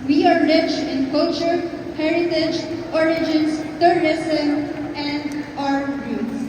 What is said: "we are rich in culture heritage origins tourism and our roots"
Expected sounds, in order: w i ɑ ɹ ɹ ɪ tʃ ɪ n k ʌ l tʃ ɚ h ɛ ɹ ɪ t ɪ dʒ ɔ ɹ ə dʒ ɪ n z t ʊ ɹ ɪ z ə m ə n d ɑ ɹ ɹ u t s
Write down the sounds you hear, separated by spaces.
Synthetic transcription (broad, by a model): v i ɑ ɹ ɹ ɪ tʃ ɪ n k ʌ l tʃ ɚ h ɛ ɹ ɪ t ɪ dʒ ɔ ɹ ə dʒ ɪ n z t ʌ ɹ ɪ s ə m ə n d ɑ ɹ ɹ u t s